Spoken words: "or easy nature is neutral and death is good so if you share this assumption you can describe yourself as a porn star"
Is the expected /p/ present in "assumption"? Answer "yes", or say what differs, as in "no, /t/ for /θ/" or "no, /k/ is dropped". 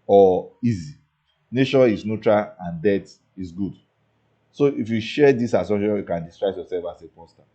no, /p/ is dropped